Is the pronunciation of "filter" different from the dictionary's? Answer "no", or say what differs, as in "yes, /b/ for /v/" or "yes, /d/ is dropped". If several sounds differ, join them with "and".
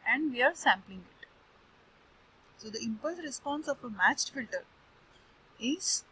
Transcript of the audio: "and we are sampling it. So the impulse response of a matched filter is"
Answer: no